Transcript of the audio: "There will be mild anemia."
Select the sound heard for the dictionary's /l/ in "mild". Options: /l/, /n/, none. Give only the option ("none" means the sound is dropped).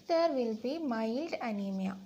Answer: /l/